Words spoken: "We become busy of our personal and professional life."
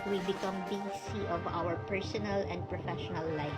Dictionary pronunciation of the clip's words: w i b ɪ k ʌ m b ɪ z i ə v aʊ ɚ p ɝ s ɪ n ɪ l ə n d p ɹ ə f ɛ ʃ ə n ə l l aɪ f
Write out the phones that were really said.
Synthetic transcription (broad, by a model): w i b ɪ k ʌ m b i s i ə v aʊ ɚ p ɝ s ɪ n ɪ l ə n d p ɹ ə f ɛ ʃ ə n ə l l aɪ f